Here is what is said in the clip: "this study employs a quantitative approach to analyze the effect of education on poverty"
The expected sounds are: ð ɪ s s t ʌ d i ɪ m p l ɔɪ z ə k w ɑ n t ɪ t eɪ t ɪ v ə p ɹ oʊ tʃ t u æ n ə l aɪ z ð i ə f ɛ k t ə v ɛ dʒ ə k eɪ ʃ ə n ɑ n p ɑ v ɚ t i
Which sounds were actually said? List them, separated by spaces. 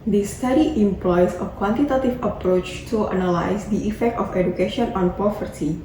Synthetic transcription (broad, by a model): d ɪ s s t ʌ d i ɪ m p l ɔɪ s ə k w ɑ n t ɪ t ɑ t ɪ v ə p ɹ oʊ tʃ t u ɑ n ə l aɪ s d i ə f ɛ k t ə f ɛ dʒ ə k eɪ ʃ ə n ɑ n p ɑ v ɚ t i